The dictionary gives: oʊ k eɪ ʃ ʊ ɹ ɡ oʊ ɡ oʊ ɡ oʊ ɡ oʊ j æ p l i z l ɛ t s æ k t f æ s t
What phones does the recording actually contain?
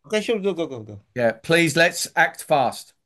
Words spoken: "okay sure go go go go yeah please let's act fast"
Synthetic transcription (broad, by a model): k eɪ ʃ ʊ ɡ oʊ ɡ oʊ ɡ oʊ ɡ oʊ j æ p l i z l ɛ t s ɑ k t f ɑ s t